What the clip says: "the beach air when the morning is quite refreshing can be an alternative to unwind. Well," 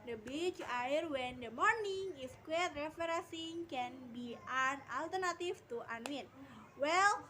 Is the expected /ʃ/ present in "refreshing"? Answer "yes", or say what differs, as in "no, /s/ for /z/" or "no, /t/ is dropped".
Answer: no, /s/ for /ʃ/